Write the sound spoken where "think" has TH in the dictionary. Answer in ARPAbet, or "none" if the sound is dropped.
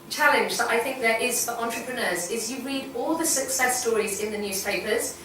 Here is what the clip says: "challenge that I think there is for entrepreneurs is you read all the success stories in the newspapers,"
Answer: TH